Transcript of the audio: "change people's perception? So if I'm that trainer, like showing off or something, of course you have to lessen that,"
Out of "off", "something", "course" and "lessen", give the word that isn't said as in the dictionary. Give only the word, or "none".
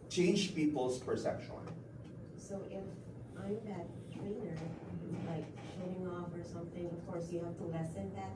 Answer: none